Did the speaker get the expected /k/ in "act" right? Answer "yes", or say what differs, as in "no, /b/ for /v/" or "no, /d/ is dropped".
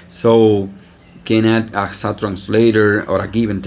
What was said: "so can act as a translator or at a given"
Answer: no, /k/ is dropped